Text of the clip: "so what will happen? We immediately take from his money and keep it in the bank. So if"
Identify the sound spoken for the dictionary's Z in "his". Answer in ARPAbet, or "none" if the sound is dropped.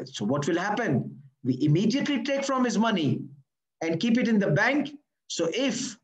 Z